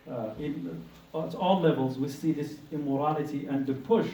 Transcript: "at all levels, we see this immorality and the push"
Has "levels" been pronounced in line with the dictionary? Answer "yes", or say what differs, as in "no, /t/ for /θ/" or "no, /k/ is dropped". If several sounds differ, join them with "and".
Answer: yes